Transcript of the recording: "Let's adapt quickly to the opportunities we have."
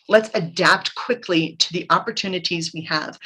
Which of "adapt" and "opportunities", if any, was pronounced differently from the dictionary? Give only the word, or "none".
none